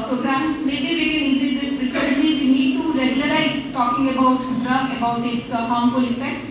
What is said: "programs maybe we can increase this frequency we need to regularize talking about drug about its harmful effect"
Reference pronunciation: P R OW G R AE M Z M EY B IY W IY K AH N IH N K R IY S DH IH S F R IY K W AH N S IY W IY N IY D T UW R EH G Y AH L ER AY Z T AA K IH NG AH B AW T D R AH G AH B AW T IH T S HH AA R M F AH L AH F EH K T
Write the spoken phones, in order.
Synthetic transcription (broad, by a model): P R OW G R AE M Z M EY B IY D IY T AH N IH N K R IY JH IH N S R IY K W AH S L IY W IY N IY D T UW R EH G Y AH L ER AY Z T AA K IH NG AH B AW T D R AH AH B AW T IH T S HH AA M P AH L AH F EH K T